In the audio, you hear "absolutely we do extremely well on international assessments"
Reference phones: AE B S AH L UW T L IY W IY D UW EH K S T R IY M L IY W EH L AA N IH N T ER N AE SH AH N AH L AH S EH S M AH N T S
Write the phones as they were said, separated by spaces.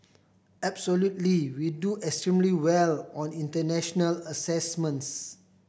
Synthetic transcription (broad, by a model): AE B S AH L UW T L IY W IY D UW EH K S T R IY M L IY W EH L AA N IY N T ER N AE SH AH N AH L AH S EH S M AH N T S